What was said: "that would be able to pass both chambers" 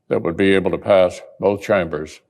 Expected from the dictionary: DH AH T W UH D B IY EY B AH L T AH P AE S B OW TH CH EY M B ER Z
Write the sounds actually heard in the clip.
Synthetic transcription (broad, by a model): DH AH T W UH D B IY EY B L T AH P AE S B OW TH CH EY M B ER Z